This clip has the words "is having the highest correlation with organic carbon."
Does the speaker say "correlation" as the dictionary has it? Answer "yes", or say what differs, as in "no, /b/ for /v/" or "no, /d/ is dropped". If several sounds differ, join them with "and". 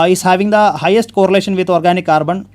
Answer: yes